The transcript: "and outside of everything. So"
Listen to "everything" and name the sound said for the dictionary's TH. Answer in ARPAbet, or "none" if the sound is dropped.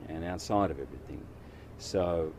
TH